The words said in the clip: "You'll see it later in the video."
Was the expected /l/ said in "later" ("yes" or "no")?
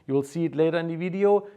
yes